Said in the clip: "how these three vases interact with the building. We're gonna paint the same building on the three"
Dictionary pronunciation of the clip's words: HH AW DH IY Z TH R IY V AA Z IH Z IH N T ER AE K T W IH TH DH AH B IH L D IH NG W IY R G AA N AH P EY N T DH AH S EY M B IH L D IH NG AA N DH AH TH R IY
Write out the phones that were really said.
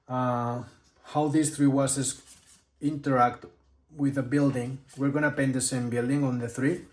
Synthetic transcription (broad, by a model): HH AW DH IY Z TH R IY W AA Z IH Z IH N T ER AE K T W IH DH AH B IH L D IH NG W IY R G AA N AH P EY N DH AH S EY M B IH L D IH NG AA N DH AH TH R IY